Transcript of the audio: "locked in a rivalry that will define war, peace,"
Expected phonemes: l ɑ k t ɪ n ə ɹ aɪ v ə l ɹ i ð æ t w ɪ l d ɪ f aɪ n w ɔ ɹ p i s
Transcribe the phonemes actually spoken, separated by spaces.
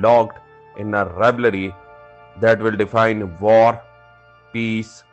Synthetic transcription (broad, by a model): l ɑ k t ɪ n ə ɹ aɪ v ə ɹ i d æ t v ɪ l d ɪ f aɪ n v ɔ ɹ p i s